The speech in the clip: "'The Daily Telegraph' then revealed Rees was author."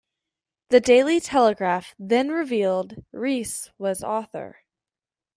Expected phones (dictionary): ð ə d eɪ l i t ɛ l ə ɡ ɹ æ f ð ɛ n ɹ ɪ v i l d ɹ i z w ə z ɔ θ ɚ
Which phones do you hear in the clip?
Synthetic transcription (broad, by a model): ð ə d eɪ l i t ɛ l ə ɡ ɹ æ f ð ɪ n ɹ ɪ v i l d ɹ i s w ə z ɔ θ ɚ